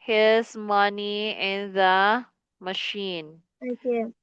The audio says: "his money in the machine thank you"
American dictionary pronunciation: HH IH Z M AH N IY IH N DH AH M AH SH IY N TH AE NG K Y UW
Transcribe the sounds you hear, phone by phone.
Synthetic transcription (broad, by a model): HH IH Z M AH N IY IH N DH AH M AH SH IY N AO K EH